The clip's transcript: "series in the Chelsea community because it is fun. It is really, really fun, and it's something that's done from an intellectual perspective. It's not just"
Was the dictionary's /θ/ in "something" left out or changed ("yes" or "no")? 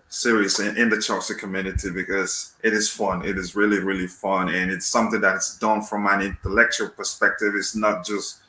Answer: no